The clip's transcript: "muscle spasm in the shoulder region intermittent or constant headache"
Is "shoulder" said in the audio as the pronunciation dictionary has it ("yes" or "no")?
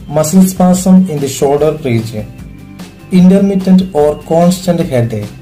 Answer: no